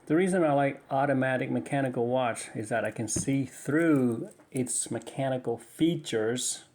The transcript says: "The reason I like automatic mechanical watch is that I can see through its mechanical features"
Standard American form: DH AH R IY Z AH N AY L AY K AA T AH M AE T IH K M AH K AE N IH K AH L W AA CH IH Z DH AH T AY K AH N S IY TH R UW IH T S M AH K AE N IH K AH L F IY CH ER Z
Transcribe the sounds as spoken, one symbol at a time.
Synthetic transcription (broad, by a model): DH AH R IY Z AH N AY L AY K AA T AH M AE T IH K M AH K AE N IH K L W AA CH IH Z DH AH T AY K AH N S IY TH R UW IH T S M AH K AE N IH K L F IY CH ER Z